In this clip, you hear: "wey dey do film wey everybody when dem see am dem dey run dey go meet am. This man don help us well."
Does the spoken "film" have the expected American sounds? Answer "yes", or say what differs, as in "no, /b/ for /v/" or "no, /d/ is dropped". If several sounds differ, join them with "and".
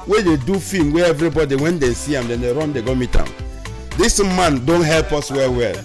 no, /l/ is dropped